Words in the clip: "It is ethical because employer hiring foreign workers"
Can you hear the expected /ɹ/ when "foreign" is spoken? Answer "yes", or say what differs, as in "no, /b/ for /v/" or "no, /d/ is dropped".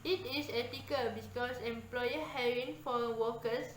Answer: no, /w/ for /ɹ/